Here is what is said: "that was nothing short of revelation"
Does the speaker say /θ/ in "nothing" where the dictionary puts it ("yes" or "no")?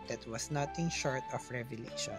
no